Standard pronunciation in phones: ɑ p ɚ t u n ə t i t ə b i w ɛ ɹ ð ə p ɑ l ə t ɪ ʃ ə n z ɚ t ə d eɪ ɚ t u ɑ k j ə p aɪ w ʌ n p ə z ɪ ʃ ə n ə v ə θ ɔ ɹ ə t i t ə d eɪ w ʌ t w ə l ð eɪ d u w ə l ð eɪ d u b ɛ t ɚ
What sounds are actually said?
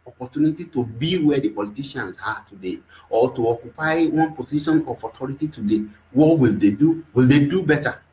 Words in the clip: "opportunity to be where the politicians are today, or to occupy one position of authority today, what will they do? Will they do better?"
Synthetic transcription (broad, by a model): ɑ p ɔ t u n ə t i t ə b i w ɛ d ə p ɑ l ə t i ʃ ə n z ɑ t ə d eɪ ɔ t u ɑ k j ə p aɪ w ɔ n p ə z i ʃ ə n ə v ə t ɔ ɹ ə t i t ə d eɪ w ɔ t w ə l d eɪ d u w ə l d eɪ d u b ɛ t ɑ